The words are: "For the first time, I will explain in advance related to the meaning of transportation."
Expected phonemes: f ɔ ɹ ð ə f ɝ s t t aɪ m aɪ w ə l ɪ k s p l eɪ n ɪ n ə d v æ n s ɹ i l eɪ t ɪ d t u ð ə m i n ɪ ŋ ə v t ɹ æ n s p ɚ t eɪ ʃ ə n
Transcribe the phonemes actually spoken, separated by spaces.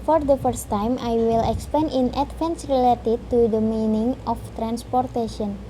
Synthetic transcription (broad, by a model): f ɔ ɹ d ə f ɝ s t t aɪ m aɪ w ə l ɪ k s p eɪ n ɪ n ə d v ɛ n s ɹ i l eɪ t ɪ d t u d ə m i n ɪ ŋ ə f t ɹ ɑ n s p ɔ t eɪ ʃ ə n